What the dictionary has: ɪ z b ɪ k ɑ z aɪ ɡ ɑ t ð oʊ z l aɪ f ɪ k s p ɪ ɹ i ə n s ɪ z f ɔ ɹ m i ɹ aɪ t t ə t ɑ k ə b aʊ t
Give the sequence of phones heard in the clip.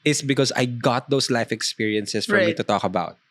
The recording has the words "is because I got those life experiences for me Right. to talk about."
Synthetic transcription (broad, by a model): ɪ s b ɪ k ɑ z aɪ ɡ ɑ t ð oʊ s l aɪ f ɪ k s p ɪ ɹ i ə n s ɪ s f ɔ ɹ m i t t ə t ɑ k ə b aʊ t